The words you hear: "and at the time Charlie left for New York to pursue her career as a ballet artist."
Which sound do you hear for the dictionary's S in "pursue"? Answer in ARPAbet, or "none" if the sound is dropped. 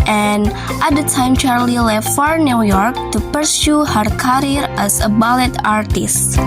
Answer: S